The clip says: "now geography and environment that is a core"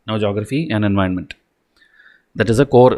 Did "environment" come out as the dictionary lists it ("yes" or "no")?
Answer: no